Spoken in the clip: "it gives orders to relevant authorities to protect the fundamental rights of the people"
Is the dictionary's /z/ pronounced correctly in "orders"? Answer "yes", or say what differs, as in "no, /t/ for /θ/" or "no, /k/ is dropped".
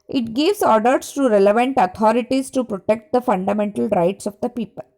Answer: no, /s/ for /z/